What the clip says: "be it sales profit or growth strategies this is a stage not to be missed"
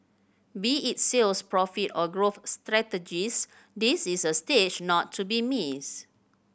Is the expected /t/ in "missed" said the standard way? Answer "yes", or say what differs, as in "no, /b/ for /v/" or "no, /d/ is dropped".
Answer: no, /t/ is dropped